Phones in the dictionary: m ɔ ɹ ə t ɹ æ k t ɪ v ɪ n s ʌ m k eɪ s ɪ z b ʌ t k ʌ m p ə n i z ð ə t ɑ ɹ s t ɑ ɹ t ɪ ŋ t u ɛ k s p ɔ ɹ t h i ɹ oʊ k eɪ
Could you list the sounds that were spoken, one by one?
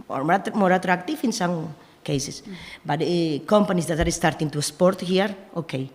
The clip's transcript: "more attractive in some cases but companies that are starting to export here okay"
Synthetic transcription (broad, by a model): m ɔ ɹ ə t ɹ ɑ k t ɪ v ɪ n s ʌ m k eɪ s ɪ s b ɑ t k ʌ m p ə n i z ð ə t ɑ ɹ s t ɑ ɹ t ɪ ŋ t u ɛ s p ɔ ɹ t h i ɹ oʊ k eɪ